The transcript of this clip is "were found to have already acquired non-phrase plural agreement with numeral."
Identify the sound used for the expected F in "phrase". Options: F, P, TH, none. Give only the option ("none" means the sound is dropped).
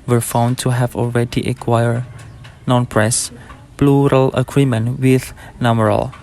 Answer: P